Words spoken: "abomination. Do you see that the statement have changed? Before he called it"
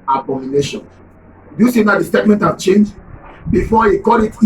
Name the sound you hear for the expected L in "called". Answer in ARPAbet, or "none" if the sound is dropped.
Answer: none